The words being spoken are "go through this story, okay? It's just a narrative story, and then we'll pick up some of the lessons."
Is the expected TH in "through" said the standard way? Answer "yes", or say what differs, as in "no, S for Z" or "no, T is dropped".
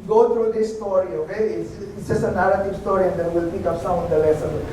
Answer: no, T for TH